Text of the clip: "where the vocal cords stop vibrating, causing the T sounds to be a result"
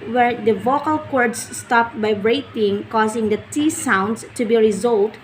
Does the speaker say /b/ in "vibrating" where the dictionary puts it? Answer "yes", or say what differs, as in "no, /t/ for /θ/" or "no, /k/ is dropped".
no, /b/ is dropped